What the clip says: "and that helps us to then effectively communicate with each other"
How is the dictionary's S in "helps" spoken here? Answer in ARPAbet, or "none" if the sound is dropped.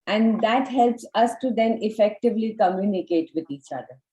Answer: S